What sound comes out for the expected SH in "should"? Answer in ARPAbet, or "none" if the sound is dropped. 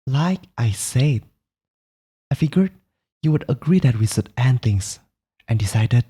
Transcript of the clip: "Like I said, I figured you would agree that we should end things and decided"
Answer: S